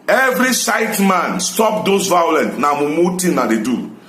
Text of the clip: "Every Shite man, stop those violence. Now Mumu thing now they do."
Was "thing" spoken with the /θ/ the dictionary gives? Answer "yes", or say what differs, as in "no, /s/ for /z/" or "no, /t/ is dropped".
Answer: no, /t/ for /θ/